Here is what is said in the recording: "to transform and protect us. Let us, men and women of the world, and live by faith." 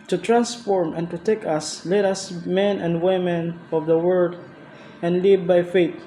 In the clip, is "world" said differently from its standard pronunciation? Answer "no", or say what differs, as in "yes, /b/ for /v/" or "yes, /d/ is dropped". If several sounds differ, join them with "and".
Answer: yes, /l/ is dropped